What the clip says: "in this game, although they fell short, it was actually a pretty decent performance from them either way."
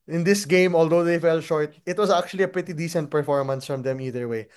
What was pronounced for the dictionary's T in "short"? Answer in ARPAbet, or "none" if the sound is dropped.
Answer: T